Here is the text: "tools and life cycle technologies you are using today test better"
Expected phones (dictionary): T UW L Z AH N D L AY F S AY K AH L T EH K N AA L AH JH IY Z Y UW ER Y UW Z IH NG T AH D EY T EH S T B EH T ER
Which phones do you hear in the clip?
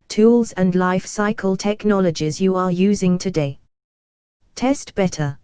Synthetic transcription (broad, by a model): T UW L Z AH N L AY F S AY K AH L T EH K N AA L AH JH IY Z Y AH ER Y UW Z IH NG T AH D EY T EH S T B EH T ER